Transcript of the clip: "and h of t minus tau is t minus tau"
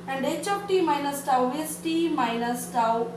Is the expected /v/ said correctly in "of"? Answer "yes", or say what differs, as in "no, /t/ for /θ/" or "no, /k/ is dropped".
no, /p/ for /v/